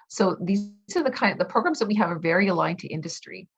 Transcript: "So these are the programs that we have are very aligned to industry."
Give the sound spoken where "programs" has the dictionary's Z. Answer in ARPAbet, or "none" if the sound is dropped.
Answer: Z